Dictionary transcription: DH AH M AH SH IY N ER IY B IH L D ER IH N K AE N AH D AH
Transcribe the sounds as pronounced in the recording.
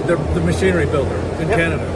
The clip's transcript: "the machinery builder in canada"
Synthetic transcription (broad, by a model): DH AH M AH SH IY N ER IY B IH L D ER IH N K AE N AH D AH